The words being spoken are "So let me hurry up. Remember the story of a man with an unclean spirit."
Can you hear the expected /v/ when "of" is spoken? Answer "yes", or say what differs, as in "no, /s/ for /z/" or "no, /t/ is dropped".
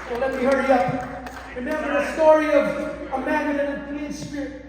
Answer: yes